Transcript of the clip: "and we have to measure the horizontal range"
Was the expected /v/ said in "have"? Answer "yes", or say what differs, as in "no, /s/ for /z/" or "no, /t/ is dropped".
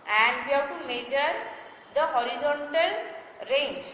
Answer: no, /w/ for /v/